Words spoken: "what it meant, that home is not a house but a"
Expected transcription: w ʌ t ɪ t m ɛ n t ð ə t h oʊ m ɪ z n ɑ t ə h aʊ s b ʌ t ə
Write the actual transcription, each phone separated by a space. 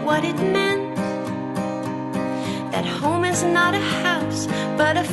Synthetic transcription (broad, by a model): w ʌ t ɪ t m ɛ n t ð ə t h oʊ m ɪ z n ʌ t ə h aʊ s b ʌ t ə